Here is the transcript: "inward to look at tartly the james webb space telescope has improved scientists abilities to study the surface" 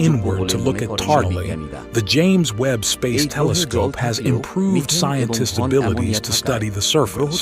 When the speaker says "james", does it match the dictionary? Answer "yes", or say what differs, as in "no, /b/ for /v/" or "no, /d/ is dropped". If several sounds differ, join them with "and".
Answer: yes